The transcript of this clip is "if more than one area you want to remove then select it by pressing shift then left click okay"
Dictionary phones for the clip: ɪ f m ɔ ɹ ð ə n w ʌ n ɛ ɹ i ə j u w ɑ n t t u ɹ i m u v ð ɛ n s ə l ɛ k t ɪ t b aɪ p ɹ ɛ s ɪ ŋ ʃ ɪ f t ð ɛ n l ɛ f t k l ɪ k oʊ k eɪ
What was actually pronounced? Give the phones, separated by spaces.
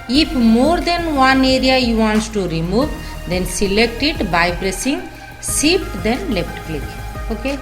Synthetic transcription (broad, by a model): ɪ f m ɔ ɹ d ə n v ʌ n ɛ ɹ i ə j u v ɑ n t t u ɹ i m u v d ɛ n s ə l ɛ k t ɪ t b aɪ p ɹ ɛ s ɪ ŋ s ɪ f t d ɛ n l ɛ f t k l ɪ k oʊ k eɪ